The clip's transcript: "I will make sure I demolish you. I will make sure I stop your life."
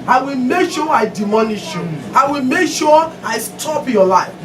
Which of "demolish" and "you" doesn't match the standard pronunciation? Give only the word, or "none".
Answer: demolish